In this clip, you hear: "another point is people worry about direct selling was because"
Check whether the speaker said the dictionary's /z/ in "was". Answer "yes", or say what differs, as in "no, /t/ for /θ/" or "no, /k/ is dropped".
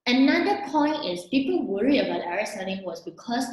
no, /s/ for /z/